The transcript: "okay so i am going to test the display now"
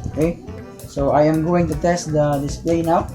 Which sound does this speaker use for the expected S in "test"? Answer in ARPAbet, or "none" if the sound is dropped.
S